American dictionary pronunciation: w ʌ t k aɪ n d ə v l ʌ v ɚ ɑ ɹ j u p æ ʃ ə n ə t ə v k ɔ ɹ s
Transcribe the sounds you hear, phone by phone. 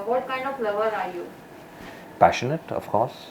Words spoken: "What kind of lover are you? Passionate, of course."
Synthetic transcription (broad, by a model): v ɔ t k aɪ n d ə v l ʌ v ɚ ɑ ɹ j u p æ ʃ ə n ə t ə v k ɔ ɹ s